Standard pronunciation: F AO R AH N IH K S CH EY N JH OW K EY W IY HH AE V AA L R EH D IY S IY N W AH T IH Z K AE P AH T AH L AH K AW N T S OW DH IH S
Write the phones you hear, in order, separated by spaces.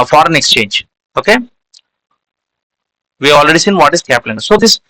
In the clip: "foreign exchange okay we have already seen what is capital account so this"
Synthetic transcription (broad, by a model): F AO R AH N IH K S CH EY N JH OW K EY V IY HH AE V AA L R EH D IY S IY N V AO T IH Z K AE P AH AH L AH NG S OW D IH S